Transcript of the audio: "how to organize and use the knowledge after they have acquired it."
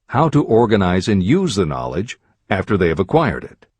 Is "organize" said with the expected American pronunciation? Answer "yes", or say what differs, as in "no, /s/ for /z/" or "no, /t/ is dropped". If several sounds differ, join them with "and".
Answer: yes